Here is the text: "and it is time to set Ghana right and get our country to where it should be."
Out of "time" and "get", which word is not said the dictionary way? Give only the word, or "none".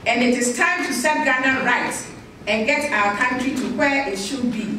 none